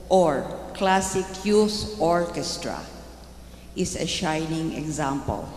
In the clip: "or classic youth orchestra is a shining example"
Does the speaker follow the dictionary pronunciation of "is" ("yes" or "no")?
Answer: no